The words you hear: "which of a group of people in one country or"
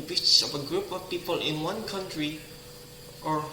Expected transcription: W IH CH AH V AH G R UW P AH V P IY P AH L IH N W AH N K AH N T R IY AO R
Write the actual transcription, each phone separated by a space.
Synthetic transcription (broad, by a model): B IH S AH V AH G R UW P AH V P IY P AH L IH N W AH N K AH N T R IY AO R